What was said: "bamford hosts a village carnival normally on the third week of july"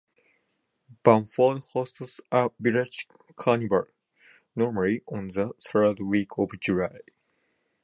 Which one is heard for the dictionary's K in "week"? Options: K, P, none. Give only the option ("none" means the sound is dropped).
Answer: K